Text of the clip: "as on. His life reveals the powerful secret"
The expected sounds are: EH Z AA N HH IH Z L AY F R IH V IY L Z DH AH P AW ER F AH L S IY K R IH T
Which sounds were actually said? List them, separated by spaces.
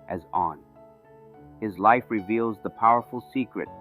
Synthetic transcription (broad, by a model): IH Z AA N HH IH Z L AY F R IH V IY L Z DH AH P AW ER F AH L S IY K R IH T